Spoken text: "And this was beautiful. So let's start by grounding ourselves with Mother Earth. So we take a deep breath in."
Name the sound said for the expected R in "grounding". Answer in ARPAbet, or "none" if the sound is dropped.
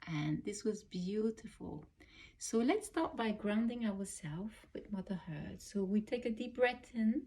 R